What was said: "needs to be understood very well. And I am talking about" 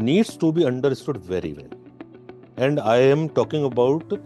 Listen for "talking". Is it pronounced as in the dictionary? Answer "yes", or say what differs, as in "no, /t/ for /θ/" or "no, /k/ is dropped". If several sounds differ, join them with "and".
yes